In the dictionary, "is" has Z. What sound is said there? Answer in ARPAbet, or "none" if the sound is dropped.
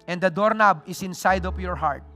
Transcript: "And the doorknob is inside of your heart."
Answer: S